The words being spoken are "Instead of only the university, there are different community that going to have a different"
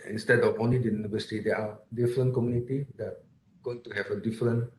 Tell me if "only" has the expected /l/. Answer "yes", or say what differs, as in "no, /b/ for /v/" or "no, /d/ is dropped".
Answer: no, /l/ is dropped